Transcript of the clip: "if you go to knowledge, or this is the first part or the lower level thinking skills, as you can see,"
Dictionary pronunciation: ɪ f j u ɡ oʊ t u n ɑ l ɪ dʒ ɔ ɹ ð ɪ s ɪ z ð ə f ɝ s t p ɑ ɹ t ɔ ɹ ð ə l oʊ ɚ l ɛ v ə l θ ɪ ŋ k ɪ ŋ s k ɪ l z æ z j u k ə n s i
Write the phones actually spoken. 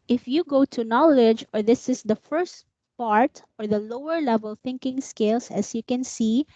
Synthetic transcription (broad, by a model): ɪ f j u ɡ oʊ t u n ɑ l ɪ dʒ ɔ ɹ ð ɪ s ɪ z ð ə f ɝ s t p ɑ ɹ t ɔ ɹ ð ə l oʊ ɚ l ɛ v ə l θ ɪ ŋ k ɪ ŋ s k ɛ l s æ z j u k ə n s i